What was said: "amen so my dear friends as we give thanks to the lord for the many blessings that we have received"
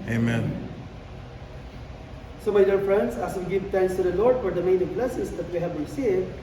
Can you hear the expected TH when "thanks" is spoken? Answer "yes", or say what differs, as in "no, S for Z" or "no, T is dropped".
no, T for TH